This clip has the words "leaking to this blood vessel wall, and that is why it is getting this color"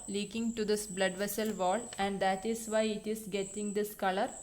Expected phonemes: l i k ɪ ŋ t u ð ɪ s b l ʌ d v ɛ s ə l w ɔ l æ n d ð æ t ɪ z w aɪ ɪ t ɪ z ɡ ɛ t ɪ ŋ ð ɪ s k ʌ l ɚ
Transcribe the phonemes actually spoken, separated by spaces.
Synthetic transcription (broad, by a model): l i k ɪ ŋ t u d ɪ s b l ʌ d v ɛ s ə l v ɔ l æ n d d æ t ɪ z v aɪ ɪ t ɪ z ɡ ɛ t ɪ ŋ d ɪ s k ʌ l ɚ